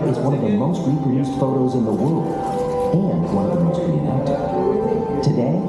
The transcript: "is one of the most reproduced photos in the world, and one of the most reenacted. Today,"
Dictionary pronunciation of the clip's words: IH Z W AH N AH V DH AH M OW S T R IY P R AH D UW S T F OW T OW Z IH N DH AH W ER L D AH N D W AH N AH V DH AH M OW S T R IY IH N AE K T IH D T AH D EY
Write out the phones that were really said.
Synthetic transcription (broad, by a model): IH Z W AH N AH V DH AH M OW S T R IY P R AH D UW S T F OW T OW Z IH N DH AH W ER L D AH N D W AH N AH V DH AH M OW S T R IY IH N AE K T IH T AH D EY